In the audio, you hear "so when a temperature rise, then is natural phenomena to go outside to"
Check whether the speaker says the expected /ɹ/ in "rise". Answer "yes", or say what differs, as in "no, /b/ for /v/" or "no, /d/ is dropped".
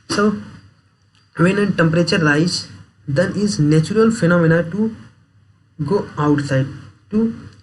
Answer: no, /l/ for /ɹ/